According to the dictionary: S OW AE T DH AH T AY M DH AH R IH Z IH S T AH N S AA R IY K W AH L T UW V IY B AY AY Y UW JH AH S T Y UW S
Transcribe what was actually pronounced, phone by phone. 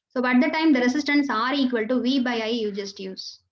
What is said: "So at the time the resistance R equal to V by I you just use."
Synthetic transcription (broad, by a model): S OW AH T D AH T AY M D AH R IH S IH S T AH N S AA R IY K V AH L T UW V IY B AY AY Y UW JH AH S T Y UW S